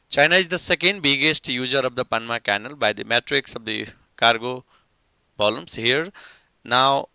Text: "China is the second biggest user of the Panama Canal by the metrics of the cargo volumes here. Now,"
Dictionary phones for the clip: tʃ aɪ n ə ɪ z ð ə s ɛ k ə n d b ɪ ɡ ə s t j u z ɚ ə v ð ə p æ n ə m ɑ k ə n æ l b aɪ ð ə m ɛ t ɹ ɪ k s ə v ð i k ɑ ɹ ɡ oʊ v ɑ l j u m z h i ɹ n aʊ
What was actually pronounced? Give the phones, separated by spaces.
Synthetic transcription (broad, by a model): tʃ aɪ n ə ɪ z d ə s ɛ k ə n d b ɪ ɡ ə s t j u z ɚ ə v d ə p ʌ n m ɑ k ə n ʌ l b aɪ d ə m ɛ t ɹ ɪ k s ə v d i k ɑ ɹ ɡ oʊ b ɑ l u m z h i ɹ n aʊ